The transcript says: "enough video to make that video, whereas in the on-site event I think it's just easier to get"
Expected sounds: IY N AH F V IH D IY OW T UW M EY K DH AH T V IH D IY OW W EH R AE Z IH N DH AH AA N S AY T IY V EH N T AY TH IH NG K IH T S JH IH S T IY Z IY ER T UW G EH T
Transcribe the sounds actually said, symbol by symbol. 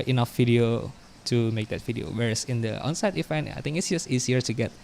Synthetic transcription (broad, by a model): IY N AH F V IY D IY OW T UW M EY K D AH T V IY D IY OW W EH R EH S IH N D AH AA N S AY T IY F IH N AY T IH NG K IH T S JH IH S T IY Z IY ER T UW G EH T